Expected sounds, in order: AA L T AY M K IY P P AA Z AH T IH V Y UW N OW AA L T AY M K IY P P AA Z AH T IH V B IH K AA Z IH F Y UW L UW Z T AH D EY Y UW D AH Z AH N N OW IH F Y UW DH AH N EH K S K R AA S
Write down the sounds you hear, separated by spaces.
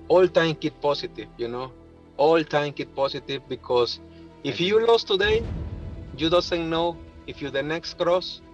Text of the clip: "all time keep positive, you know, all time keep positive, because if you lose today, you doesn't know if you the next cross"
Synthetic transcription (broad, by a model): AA L T AY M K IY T P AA S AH T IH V Y UW N OW AA L T AY M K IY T P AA S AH T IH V B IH K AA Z IH F Y UW L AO S T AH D EY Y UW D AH S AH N N OW IH F Y UW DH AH N EH K S K R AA S